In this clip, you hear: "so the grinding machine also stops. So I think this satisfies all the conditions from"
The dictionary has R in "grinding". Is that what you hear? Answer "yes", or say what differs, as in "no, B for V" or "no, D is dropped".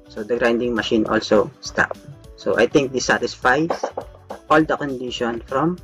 yes